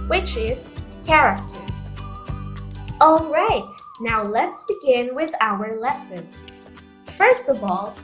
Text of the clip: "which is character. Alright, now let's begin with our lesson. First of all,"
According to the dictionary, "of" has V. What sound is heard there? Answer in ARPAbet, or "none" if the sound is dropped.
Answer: V